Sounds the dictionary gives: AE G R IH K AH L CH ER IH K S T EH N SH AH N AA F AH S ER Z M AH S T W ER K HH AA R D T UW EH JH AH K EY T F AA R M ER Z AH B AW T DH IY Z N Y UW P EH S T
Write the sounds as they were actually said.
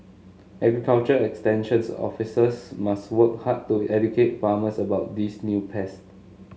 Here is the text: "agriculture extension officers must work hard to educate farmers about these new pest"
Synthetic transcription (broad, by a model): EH G R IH K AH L CH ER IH K S T EH N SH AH N AA F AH S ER S M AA S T W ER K HH AA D T UW EH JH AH K EY T F AA M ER S AH B AW T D IY S N Y UW P EH S T